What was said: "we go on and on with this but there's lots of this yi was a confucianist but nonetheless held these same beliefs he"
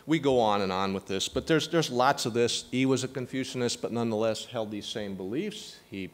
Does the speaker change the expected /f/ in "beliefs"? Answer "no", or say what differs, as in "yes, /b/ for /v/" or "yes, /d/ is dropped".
no